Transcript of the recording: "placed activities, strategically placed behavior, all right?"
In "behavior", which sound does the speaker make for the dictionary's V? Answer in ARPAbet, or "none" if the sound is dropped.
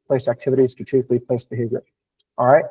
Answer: V